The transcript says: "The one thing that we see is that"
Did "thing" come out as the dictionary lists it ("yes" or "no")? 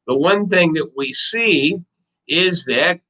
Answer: yes